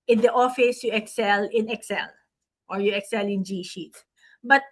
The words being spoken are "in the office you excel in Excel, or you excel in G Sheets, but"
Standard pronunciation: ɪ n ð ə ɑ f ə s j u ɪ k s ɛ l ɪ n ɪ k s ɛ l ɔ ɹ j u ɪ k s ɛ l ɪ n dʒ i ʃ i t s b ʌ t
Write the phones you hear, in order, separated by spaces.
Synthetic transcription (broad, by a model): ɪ n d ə ɑ f ə s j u ɪ k s ɛ l ɪ n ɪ k s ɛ l ɔ ɹ j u ɪ k s ɛ l ɪ n dʒ i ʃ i t b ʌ t